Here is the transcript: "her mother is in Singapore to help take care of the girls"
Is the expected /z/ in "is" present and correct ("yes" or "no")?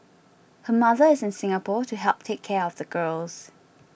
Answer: yes